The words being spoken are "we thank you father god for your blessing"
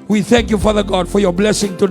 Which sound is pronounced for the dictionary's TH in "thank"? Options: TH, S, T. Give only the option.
TH